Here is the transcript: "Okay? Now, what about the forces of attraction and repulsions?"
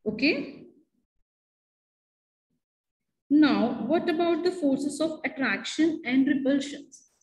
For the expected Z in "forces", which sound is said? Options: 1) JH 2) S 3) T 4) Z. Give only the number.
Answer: 2